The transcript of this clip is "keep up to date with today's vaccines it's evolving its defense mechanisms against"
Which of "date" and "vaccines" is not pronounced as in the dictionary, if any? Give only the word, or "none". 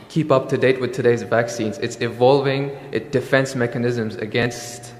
none